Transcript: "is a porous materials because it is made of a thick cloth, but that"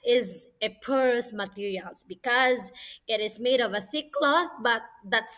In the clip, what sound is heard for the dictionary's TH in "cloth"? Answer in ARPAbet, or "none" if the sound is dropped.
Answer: TH